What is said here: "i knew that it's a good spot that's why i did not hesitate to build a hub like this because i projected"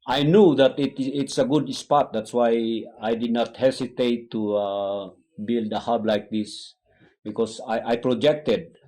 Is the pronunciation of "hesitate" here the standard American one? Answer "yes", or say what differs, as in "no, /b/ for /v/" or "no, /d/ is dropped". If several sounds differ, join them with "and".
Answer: no, /s/ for /z/